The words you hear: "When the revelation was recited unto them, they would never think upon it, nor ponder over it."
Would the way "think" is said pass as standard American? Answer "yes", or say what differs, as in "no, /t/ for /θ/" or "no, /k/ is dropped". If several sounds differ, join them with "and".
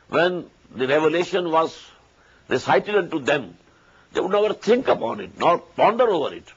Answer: no, /t/ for /θ/